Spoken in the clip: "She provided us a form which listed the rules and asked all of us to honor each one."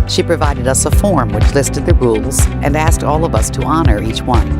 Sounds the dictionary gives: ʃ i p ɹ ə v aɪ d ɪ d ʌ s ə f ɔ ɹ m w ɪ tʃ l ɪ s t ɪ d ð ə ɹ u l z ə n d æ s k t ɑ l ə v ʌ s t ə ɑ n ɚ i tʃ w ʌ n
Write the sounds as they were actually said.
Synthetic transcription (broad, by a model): ʃ i p ɹ ə v aɪ d ɪ d ʌ s ə f ɔ ɹ m w ɪ tʃ l ɪ s t ɪ d ð ə ɹ u l z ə n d æ s k t ɑ l ə v ʌ s t ə ɑ n ɚ i tʃ w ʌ n